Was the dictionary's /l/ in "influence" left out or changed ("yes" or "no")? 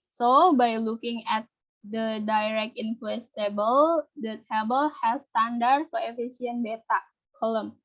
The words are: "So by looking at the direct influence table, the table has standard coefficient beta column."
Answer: yes